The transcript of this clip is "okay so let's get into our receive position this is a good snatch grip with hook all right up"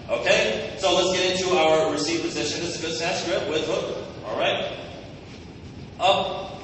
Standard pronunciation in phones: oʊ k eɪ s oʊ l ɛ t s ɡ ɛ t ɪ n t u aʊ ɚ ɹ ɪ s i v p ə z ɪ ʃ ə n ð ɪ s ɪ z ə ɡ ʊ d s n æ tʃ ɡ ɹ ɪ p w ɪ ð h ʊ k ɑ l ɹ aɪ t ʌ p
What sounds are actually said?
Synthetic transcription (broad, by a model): oʊ k eɪ s oʊ l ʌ t s ɡ ɛ t ɪ n t u aʊ ɚ ɹ ɪ s i v p ə z ɪ ʃ ə n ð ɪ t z ə ɡ ʊ d s æ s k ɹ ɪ p w ɪ ð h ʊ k ɑ l ɹ aɪ t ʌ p